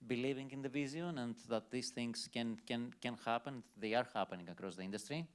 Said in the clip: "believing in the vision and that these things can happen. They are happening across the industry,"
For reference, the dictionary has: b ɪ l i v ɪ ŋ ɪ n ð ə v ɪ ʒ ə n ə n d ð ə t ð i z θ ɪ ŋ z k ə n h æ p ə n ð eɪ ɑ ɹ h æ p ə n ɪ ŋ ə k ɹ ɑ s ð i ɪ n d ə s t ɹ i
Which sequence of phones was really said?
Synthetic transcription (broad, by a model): b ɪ l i v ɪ ŋ ɪ n ð ə v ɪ z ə n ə n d ð ə t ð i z θ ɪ ŋ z k ə n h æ p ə n ð eɪ ɑ ɹ h æ p ə n ɪ ŋ ə k ɹ ɑ s ð i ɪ n d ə s t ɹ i